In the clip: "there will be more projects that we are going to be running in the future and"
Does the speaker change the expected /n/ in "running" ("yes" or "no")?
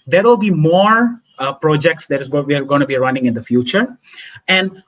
no